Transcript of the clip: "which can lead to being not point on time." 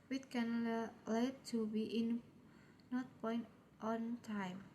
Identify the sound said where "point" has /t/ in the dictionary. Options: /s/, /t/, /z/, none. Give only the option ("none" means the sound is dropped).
/t/